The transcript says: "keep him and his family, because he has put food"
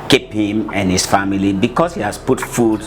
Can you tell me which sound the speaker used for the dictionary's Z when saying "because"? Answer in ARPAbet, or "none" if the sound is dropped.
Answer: S